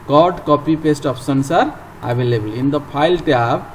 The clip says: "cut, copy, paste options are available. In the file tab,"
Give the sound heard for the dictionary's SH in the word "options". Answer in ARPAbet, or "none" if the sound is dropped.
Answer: S